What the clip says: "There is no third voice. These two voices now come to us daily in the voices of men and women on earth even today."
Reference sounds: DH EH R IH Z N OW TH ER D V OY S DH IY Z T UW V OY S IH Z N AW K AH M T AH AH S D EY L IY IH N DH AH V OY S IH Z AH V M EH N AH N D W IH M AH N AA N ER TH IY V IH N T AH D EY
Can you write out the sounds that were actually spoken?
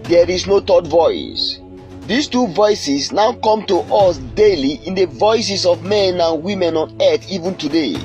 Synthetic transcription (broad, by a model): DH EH R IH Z N OW T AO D V OY S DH IY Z T UW V OY S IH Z N AW K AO M T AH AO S D EY L IY IH N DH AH V OY S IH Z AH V M EH N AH N W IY M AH N AA N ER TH IY V IH N T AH D EY